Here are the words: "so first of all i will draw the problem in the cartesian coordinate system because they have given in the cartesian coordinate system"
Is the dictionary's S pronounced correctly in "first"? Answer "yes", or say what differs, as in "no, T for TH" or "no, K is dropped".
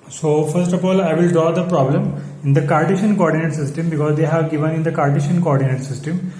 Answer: yes